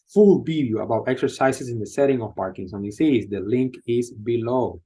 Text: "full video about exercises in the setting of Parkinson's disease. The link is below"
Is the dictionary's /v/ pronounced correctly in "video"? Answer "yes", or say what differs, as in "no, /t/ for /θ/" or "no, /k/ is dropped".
no, /b/ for /v/